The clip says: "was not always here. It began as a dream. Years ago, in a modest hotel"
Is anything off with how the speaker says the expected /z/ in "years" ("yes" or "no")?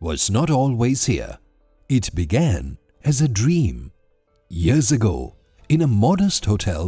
no